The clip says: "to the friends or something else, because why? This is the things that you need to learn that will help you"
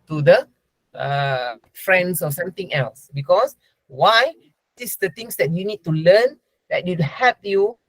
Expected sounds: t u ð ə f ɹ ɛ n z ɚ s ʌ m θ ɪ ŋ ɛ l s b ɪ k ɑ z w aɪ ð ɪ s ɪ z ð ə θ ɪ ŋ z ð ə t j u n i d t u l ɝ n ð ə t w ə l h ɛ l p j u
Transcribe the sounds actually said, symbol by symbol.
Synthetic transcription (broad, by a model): t u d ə f ɹ ɛ n s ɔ s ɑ m t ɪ ŋ ɛ l s b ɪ k ɑ s w aɪ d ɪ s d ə t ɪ ŋ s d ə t j u n i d t u l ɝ n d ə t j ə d h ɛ p j u